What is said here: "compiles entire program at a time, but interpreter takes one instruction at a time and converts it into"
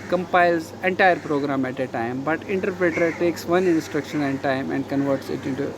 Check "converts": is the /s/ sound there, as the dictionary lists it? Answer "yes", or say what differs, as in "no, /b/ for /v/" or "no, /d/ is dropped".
yes